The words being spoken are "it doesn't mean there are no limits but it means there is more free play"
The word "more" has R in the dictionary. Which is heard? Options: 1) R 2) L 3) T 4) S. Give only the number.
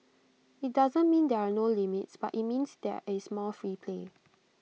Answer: 2